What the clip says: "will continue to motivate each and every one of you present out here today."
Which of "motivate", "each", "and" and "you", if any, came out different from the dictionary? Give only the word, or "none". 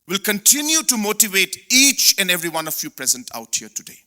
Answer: none